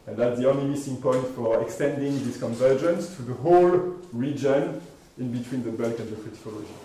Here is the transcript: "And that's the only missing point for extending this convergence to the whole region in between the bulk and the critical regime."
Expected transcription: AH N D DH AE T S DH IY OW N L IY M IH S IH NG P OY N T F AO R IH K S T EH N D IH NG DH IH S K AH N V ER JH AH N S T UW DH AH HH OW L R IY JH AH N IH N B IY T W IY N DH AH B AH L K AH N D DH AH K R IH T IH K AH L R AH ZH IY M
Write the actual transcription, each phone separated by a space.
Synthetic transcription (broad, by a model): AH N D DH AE T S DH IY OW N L IY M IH S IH NG P OY N T F AO R IH K S T EH N D IH NG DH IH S K AH N V ER JH AH N S T UW DH AH HH OW L R IY JH AH N IH N B IY T W IY N DH AH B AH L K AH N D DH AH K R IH T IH K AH L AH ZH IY